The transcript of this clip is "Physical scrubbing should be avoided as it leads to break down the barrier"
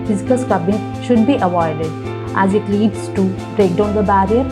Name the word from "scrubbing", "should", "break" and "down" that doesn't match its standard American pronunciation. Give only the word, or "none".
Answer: scrubbing